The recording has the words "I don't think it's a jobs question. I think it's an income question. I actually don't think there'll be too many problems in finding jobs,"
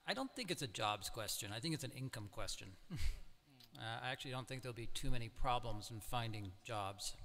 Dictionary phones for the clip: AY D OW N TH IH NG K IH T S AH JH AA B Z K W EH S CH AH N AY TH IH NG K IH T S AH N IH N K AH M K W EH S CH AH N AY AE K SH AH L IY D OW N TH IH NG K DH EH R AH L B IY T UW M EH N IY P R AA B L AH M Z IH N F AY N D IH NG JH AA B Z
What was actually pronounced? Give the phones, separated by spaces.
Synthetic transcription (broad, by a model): AY D OW N TH IH NG K IH T S AH JH AA B Z K W EH S CH AH N AY TH IH NG K IH T S AH N IH N K AH M K W EH S CH AH N AY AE K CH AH L IY D OW N TH IH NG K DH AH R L B IY T UW M EH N IY P R AA B L AH M Z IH N F AY N D IH NG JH AA B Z